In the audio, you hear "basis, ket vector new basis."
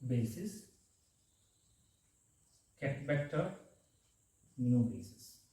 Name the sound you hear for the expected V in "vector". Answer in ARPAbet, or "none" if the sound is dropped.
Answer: B